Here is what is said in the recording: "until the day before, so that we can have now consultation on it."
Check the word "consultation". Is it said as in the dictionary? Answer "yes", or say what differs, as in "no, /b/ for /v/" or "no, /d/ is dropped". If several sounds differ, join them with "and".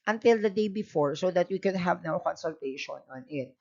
yes